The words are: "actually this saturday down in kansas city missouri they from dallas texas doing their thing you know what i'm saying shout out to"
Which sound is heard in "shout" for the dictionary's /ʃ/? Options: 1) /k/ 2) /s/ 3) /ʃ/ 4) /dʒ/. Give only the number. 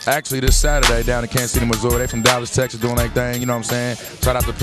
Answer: 2